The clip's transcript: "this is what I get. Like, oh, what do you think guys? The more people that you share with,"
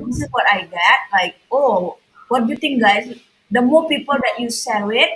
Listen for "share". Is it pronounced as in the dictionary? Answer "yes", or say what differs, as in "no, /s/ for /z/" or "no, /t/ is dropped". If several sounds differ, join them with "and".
no, /s/ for /ʃ/